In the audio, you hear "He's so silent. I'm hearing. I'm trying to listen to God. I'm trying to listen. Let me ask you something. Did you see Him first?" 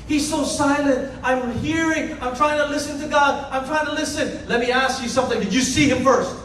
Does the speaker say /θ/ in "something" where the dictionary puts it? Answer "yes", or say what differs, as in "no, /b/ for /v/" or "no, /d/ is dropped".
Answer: yes